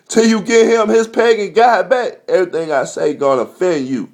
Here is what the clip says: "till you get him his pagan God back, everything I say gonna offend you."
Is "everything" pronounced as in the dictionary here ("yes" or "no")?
yes